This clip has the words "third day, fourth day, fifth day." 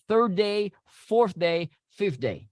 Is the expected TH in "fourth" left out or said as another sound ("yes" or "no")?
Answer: no